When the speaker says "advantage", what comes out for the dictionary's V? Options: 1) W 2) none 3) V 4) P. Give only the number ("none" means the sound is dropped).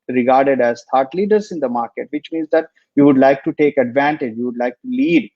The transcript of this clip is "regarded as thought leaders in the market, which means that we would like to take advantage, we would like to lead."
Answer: 3